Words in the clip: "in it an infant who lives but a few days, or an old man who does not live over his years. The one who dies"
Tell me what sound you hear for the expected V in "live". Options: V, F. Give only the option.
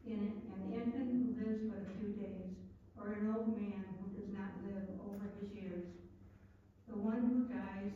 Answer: V